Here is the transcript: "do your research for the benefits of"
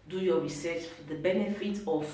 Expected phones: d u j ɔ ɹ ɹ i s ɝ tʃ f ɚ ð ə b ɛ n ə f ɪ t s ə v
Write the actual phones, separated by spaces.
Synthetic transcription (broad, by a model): d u j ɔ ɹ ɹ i s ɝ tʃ f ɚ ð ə b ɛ n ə f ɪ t ə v